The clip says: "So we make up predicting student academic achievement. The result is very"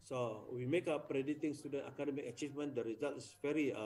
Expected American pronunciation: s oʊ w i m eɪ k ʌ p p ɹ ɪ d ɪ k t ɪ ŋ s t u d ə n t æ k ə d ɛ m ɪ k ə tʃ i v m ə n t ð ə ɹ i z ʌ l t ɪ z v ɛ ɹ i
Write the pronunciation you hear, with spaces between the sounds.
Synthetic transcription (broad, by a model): s oʊ w i m eɪ k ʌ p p ɹ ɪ d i t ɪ ŋ s t u d ə n t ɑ k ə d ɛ m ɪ k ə tʃ i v m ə n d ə ɹ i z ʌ l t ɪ s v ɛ ɹ i